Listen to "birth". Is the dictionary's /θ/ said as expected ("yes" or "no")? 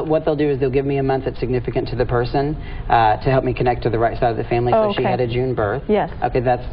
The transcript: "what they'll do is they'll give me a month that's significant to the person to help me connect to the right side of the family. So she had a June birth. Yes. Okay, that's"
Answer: yes